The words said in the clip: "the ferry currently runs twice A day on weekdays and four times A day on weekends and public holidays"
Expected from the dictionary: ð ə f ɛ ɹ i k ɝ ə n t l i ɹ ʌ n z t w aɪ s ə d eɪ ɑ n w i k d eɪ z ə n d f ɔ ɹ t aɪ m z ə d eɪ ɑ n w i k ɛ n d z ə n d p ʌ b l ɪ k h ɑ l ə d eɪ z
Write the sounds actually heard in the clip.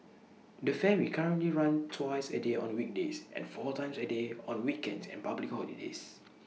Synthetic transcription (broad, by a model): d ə f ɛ w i k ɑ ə n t l i ɹ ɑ n t w aɪ s ə d eɪ ɑ n w i k d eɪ s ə n f ɔ t aɪ m s ə d eɪ ɑ n w i k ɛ n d s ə n p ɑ b l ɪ k h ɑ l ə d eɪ s